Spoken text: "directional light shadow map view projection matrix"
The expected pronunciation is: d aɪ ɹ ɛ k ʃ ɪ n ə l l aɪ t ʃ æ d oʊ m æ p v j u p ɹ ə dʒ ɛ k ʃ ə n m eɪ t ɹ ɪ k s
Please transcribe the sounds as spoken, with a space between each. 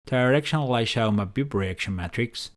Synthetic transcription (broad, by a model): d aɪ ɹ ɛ k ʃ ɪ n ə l l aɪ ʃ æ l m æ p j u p ɹ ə ɛ k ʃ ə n m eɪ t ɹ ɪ k s